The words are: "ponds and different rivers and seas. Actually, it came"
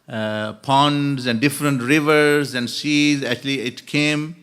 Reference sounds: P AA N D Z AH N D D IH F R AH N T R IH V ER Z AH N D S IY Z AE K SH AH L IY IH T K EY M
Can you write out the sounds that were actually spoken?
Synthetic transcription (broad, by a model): P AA N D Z AH N D D IH F R AH N T R IH V ER Z AH N D S IY Z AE K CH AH L IY IH T K EY M